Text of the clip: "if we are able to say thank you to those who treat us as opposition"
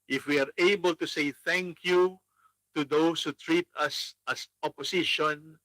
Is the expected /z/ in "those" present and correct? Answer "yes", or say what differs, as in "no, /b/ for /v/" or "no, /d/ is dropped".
no, /s/ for /z/